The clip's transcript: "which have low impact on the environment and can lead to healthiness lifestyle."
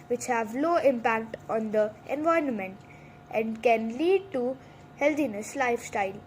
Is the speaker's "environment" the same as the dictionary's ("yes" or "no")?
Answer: no